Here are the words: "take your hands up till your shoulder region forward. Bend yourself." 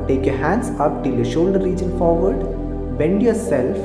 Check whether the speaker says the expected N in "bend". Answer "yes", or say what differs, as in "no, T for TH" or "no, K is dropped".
yes